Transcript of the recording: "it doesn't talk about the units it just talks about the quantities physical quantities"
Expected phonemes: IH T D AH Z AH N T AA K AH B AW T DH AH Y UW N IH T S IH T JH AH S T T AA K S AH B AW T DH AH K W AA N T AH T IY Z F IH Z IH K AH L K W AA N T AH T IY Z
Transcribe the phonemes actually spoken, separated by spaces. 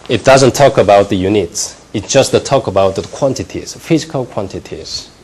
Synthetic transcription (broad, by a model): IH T D AH Z AH N T AA K AH B AW T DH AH Y UW N IH T S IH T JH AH S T T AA K AH B AW T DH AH K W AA N T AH T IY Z F IH Z IH K AH L K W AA N T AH T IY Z